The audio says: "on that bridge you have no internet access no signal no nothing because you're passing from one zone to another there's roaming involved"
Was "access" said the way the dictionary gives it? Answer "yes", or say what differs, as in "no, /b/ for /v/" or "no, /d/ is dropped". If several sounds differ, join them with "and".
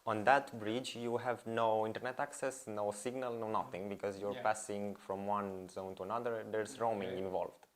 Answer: yes